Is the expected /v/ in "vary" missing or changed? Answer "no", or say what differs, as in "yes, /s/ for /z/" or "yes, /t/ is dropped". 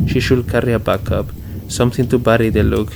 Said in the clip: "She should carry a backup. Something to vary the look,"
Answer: yes, /b/ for /v/